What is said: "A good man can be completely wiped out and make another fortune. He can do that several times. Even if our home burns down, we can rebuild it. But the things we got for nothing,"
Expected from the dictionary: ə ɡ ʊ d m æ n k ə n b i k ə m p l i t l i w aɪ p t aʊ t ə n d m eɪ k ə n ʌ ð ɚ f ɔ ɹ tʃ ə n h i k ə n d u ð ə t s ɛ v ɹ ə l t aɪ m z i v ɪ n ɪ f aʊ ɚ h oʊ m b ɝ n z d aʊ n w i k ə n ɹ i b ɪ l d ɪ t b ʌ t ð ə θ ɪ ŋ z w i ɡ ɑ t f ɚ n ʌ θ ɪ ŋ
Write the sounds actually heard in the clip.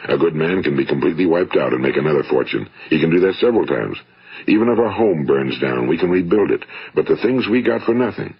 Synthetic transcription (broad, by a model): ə ɡ ʊ d m æ n k ə n b i k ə m p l i t l i w aɪ p t aʊ t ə n m eɪ k ə n ʌ ð ɚ f ɔ ɹ tʃ ə n h i k ə n d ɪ ð ə t s ɛ v ɹ l t aɪ m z i v ɪ n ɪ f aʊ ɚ h oʊ m b ɝ n z d aʊ n w i k ə n ɹ i b ɪ l d ɪ t b ʌ t ð ə θ ɪ ŋ z w i ɡ ɑ t f ɚ n ʌ θ ɪ ŋ